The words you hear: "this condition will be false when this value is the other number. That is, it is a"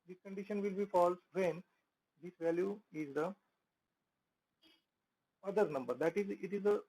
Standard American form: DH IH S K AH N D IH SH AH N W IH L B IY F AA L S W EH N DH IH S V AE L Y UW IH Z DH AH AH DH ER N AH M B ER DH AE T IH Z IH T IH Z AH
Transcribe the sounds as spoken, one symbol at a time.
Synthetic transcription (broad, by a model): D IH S K AH N D IH SH AH N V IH L B IY F AA L S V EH N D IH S V AE L Y UW IH Z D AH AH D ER N AH M B ER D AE T IH Z IH T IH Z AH